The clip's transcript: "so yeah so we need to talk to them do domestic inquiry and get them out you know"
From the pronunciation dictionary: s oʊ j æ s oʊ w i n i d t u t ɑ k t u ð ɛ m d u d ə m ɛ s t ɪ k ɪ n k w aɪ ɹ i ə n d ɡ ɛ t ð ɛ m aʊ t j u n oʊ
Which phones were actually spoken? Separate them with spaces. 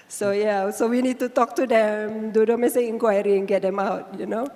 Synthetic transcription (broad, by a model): s oʊ j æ s oʊ w i n i d t u t ɑ k t u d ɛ m d u d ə m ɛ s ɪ ɪ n k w aɪ ɹ i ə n ɡ ɛ t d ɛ m aʊ t j u n oʊ